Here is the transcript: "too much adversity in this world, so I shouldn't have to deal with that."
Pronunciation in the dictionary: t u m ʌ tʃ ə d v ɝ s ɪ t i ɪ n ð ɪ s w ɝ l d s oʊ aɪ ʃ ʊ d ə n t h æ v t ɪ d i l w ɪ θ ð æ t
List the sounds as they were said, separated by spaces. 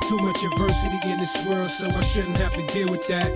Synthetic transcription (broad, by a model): t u m ʌ tʃ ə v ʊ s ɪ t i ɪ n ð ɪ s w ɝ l s oʊ aɪ ʃ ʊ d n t h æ f t ɪ d i l w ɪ ð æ t